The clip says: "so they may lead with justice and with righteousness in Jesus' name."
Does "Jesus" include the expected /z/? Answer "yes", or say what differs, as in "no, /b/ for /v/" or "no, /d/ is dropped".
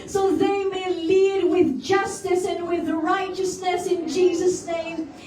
yes